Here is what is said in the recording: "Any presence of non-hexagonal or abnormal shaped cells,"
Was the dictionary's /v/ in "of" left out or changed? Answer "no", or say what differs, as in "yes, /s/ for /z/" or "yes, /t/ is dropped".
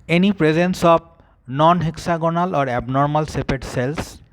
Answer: yes, /b/ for /v/